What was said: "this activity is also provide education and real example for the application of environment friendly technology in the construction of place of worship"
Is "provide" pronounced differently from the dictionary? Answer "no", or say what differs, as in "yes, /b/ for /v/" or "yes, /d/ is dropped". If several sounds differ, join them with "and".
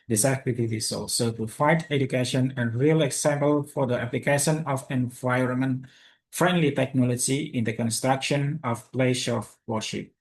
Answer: yes, /f/ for /v/